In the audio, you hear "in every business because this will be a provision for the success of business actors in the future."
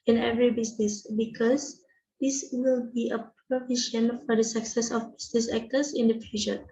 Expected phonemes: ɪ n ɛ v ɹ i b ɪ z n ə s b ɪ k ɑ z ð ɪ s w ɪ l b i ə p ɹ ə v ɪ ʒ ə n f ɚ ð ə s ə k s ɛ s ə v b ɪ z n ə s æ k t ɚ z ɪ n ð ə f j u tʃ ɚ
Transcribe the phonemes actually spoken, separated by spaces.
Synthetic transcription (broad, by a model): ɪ n ɛ v ɹ i b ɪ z n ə s b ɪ k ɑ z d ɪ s w ɪ l b i ə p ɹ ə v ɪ ʃ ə n f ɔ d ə s ə k s ɛ s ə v b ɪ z n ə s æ k t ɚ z ɪ n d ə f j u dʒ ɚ